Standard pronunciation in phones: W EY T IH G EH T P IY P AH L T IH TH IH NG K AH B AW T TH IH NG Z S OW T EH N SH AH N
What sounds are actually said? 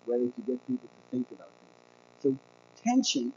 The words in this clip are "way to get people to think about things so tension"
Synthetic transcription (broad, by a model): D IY T IH G EH T P IY P L T IH TH IH NG K AH B AW T TH IH NG Z S OW T EH N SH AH N